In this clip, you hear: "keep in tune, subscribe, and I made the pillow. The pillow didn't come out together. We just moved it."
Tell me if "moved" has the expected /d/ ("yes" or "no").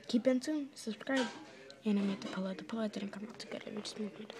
no